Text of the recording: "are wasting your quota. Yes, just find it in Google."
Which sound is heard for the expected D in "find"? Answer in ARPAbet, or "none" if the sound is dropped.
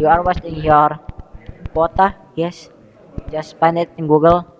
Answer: none